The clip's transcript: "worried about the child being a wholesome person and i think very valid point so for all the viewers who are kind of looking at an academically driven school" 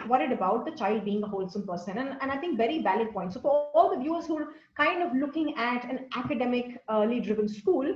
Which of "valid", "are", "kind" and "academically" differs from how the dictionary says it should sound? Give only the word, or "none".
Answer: valid